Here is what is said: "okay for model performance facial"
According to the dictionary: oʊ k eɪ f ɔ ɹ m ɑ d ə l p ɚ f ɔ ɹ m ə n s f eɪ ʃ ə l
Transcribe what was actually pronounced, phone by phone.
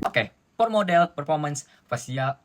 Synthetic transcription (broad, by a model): oʊ k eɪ p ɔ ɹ m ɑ d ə l p ɚ f ɔ ɹ m ə n s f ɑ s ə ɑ